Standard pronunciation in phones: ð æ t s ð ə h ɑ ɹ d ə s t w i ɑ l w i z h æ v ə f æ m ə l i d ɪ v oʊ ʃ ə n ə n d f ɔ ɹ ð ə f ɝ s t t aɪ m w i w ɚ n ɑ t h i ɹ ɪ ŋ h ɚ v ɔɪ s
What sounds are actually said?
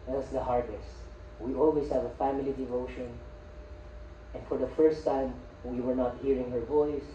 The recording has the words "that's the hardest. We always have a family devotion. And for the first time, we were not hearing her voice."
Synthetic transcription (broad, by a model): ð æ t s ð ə h ɑ ɹ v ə s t w i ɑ l w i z h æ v ə f æ m ə l i d ɪ v oʊ ʃ ə n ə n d f ɔ ɹ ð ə f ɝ s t t aɪ m w i w ɚ n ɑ t h i ɹ ɪ ŋ h ɚ v ɔɪ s